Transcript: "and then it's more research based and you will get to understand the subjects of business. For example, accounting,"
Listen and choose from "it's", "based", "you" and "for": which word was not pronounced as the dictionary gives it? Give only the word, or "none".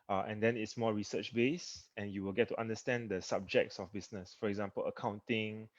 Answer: based